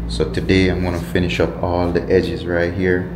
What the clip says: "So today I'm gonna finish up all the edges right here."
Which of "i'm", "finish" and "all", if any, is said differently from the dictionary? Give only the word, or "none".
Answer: none